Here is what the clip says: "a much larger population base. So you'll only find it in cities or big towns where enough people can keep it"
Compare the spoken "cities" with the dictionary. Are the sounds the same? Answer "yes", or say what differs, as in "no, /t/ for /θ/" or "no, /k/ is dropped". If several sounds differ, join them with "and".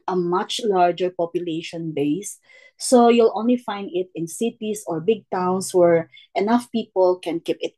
no, /s/ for /z/